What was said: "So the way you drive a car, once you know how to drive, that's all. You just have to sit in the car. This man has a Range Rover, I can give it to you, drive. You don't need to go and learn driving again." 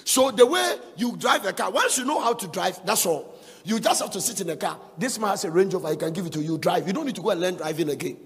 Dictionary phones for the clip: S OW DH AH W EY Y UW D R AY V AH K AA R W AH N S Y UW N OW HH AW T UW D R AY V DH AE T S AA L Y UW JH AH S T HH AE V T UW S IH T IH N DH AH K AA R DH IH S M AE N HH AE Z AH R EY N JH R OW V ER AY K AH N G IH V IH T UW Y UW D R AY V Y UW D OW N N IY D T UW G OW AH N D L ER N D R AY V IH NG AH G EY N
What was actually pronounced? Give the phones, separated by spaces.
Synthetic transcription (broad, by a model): S OW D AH W EY Y UW D R AY V AH K AA W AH N S Y UW N OW HH AW T UW D R AY V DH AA T S AA L Y UW JH AH S T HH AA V T UW S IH T IH N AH K AA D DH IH S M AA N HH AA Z AH R EY N JH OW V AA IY K AH N G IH V IH T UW Y UW D R AY V Y UW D OW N N IY D T UW G OW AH N L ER N D R AY V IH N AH G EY N